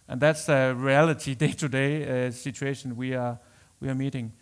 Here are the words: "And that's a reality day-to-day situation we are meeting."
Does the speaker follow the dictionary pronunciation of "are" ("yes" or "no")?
no